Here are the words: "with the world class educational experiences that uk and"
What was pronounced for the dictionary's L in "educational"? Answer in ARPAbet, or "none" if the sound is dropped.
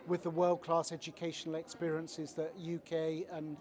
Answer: L